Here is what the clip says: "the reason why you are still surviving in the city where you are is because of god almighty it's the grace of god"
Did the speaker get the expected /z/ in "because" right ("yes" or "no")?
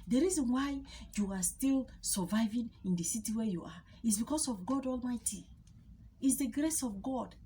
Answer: no